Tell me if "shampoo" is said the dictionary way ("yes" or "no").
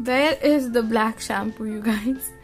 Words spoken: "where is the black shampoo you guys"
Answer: no